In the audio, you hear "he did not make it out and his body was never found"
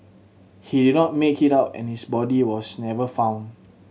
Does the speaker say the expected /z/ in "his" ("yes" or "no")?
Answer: no